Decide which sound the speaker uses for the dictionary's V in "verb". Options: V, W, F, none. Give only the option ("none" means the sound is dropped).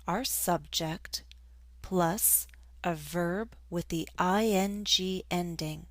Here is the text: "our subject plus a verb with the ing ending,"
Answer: V